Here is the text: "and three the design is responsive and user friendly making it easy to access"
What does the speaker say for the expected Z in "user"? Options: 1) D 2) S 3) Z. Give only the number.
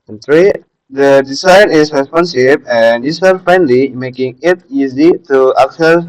2